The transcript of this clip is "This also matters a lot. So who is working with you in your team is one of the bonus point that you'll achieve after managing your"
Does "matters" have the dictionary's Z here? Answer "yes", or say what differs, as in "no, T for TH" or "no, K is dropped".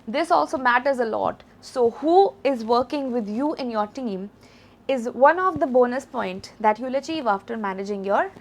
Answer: yes